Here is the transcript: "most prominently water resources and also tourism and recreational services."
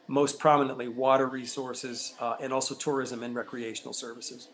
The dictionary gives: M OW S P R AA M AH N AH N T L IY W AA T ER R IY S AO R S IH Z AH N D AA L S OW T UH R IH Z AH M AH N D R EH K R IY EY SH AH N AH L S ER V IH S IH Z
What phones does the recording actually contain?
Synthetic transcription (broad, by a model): M OW S P R AA M AH N AH N T L IY W AA T ER R IY S AO R S IH Z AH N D AA L S OW T UH R IH Z AH M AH N R EH K R IY EY SH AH N L S ER V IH S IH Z